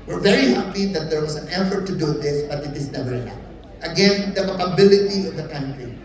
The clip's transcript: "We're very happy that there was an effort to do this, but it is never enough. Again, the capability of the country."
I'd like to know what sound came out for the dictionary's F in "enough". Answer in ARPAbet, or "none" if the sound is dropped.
none